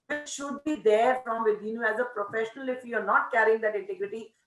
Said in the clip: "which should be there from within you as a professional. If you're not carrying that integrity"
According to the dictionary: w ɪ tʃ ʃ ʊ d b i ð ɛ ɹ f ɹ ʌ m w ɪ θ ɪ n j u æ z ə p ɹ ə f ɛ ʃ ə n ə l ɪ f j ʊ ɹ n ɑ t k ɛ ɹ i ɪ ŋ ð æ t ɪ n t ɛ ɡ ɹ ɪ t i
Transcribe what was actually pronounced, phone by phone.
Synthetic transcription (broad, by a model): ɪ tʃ ʃ ʊ d b i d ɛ ɹ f ɹ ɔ m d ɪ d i n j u æ z ə p ɹ ə f ɛ ʃ ə n ə l ɪ f j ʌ ɹ n ɑ t k ɛ ɹ i ɪ ŋ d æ t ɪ n t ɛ ɡ ɹ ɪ t i